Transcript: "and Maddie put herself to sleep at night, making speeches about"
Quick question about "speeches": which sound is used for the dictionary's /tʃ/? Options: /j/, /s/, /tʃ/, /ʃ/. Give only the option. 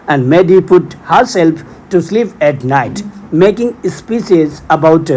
/s/